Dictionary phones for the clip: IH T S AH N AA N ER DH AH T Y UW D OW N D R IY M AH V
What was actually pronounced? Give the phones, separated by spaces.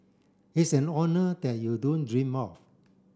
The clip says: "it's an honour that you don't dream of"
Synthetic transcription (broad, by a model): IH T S AH N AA N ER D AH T Y UW D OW N D R IY M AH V